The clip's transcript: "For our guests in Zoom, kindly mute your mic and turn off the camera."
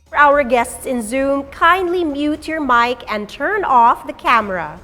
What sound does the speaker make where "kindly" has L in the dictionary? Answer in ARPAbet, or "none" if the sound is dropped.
L